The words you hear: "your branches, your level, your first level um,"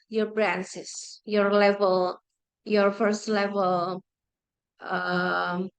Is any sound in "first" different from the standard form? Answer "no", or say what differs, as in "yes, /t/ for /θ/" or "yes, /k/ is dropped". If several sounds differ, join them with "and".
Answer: no